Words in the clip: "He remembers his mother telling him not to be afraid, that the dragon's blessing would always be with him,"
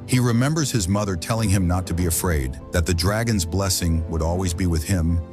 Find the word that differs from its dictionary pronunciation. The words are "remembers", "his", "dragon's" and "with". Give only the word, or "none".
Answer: none